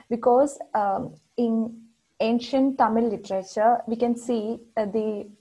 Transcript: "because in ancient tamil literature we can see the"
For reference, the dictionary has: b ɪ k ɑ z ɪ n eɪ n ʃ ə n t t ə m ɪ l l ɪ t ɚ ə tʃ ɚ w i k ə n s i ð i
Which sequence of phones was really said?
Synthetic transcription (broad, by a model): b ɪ k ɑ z ɪ n eɪ n ʃ ə n t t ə m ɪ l l ɪ t ɚ ə tʃ ɚ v i k ə n s i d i